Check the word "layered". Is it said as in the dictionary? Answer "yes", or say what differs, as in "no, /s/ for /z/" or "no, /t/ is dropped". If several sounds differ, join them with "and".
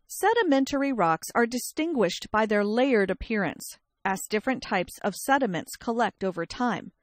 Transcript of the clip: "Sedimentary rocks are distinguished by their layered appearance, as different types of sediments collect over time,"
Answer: yes